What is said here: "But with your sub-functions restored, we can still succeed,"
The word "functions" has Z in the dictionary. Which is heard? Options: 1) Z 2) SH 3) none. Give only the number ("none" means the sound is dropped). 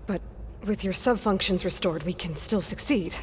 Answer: 1